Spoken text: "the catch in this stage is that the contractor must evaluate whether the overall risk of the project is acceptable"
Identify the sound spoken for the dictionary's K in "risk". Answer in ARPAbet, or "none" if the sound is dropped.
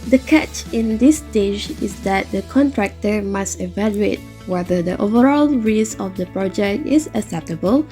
none